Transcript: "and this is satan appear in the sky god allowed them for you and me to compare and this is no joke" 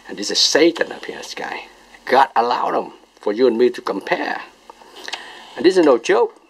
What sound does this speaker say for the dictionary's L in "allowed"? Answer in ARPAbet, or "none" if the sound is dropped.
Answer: L